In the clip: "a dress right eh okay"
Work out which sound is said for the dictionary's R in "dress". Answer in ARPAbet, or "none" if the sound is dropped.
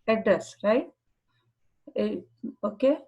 none